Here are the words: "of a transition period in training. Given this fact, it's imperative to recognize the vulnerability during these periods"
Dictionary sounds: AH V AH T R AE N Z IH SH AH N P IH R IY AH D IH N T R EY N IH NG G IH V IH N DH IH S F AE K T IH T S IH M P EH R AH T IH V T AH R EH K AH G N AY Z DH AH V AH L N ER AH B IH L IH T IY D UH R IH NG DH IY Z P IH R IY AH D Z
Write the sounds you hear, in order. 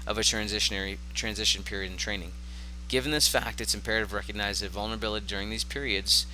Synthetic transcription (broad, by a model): AH V AH T R AE N Z IH SH AH N P IH R IY AH D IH N T R EY N IH NG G IH V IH N DH IH S F AE K T IH T S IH M P EH R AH T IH V R EH K AH G N AY Z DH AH V AH L N ER AH B IH L IH T IY D UH R IH NG DH IY Z P IH R IY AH D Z